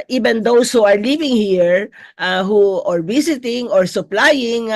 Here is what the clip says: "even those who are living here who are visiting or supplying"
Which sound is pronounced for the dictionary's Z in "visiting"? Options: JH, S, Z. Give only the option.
S